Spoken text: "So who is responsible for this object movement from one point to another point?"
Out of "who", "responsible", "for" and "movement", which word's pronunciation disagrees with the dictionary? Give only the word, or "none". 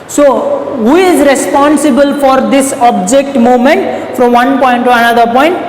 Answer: movement